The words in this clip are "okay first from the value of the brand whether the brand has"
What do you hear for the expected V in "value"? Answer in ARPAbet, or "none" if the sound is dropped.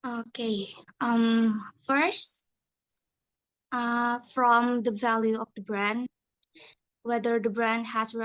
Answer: V